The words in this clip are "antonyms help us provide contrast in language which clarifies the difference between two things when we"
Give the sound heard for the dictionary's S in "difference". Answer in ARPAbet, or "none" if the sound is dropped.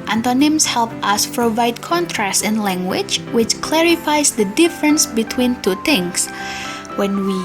S